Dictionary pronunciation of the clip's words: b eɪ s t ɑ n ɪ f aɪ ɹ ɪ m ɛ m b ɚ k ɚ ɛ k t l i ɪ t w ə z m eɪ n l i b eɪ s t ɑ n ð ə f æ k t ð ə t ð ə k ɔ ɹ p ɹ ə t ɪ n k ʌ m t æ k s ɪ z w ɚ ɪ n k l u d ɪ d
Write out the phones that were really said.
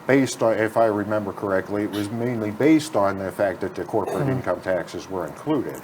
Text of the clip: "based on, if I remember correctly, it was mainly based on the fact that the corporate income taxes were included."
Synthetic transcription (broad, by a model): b eɪ s t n ɪ f aɪ ɹ ɪ m ɛ m b ɚ k ɚ ɛ k t l i ɪ t w ə z m eɪ n l i b eɪ s t n ð ə f æ k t ð ə t ð ə k ɔ ɹ p ɹ ə t ɪ n k ʌ m t æ k s ɪ z w ɚ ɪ n k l u d ɪ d